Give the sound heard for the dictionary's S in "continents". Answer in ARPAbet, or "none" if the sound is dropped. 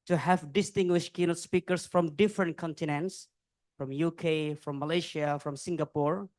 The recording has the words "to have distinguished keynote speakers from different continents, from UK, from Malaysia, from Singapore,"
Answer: S